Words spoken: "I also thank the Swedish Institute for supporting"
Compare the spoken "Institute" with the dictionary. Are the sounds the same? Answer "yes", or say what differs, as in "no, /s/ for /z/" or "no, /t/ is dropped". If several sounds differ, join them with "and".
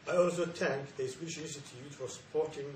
no, /n/ is dropped